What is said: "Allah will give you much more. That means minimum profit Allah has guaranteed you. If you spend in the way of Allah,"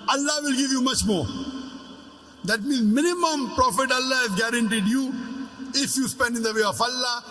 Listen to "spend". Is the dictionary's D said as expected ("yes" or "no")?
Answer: yes